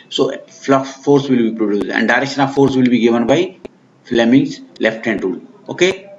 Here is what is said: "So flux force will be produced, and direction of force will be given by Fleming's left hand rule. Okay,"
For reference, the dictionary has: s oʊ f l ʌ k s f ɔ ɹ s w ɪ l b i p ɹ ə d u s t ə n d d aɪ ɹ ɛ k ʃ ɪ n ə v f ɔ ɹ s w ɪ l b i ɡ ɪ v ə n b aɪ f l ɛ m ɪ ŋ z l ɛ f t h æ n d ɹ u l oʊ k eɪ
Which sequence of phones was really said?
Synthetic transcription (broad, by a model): s oʊ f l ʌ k f ɔ ɹ s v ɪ l b i p ɹ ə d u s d ə n d d aɪ ɹ ɛ k ʃ ɪ n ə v f ɔ ɹ s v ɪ l b i ɡ ɪ v ə n b aɪ f l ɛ m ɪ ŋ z l ɛ f t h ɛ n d ɹ u l oʊ k eɪ